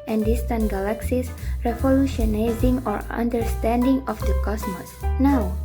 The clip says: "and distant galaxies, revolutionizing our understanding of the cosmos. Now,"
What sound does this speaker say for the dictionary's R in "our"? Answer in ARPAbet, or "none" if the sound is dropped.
R